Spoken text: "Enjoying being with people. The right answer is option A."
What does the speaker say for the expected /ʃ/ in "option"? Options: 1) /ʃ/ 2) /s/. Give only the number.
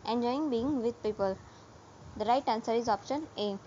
1